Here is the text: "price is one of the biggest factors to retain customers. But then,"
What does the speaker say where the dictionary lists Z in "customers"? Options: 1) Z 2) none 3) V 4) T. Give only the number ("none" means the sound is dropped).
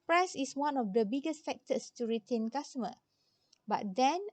2